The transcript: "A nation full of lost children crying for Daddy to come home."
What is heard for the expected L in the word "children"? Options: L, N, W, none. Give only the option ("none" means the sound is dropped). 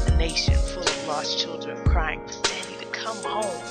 L